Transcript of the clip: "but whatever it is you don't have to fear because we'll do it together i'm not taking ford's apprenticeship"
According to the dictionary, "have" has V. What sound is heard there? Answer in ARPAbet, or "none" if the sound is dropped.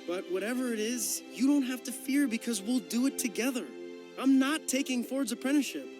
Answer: F